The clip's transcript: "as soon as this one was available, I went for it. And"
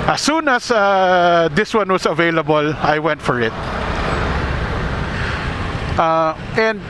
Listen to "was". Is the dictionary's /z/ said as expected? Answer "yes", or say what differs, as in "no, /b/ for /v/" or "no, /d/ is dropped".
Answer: no, /s/ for /z/